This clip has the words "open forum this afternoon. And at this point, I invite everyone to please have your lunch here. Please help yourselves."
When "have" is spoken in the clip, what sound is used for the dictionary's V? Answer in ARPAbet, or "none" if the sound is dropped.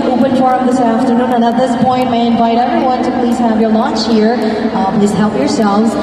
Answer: V